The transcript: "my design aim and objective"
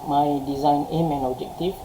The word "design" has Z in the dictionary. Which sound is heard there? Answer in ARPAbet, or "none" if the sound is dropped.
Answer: Z